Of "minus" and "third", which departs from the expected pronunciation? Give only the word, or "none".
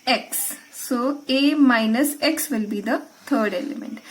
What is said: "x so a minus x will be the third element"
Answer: third